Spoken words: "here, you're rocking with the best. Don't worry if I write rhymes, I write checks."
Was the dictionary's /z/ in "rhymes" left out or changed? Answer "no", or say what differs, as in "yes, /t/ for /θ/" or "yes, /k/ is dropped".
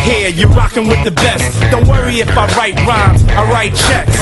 yes, /z/ is dropped